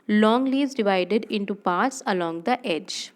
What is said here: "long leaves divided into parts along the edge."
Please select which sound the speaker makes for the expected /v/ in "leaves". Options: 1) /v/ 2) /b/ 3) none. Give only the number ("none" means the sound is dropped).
3